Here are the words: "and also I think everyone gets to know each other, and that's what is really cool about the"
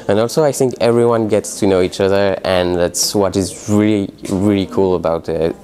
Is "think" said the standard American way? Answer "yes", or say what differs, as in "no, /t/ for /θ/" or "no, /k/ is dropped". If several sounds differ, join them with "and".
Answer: yes